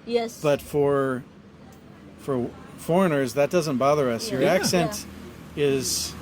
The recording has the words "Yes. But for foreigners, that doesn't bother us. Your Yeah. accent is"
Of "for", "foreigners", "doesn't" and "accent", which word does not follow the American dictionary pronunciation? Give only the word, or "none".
none